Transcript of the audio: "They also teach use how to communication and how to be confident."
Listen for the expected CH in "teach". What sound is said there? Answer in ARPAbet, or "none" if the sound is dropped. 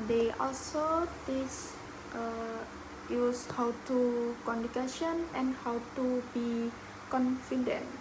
S